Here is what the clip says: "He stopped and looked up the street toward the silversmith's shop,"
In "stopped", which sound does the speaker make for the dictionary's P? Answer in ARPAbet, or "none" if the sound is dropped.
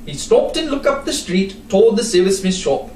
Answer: P